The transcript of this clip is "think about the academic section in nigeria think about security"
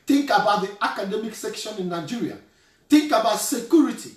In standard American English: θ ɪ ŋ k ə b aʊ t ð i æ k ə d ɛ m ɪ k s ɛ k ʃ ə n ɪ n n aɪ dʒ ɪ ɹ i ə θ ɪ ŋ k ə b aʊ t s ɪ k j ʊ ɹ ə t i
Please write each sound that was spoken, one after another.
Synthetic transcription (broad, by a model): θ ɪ ŋ k ə b aʊ t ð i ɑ k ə d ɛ m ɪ k s ɛ k ʃ ə n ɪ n n aɪ dʒ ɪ ɹ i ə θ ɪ ŋ k ə b aʊ t s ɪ k j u ɹ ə t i